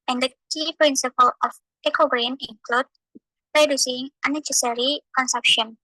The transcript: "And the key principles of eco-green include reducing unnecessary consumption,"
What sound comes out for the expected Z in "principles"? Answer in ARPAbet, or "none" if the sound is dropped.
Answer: none